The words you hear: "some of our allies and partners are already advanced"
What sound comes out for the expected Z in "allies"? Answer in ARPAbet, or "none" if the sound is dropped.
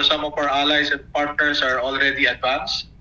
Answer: S